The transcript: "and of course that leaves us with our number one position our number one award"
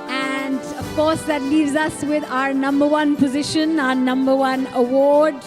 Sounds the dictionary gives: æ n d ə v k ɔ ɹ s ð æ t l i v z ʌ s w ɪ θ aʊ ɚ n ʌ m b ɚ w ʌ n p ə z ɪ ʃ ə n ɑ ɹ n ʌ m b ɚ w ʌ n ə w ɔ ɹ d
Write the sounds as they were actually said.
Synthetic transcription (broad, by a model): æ n d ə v k ɔ ɹ s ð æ t l i v z ʌ s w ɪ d aʊ ɚ n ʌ m b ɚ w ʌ n p ə z ɪ ʃ ə n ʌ n ʌ m b ɚ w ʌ n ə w ɔ ɹ d